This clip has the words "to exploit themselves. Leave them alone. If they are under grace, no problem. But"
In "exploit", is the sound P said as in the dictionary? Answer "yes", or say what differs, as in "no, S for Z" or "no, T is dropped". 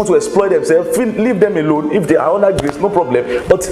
yes